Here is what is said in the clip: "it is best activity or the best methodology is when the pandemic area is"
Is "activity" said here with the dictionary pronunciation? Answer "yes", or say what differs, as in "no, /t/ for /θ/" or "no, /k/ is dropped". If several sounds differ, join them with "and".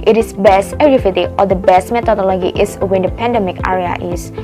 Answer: no, /f/ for /v/